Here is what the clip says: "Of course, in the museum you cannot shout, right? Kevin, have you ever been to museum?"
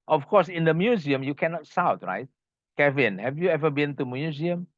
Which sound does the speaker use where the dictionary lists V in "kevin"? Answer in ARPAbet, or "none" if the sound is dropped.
V